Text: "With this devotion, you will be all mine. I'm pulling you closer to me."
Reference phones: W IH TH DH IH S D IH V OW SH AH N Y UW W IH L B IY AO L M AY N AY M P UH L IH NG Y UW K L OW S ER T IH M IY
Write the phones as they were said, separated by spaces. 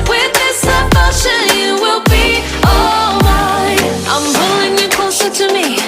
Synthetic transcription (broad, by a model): W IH DH IH S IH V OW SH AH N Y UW W IH L B IY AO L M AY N AY M B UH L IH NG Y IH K OW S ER T IH M IY